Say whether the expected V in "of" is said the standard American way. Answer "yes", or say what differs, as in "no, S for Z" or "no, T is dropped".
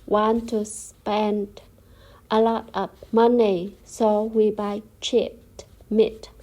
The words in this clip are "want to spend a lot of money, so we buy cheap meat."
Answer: no, P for V